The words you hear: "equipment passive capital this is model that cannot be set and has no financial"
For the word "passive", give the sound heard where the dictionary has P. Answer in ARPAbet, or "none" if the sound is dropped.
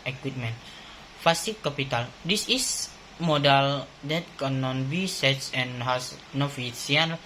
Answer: F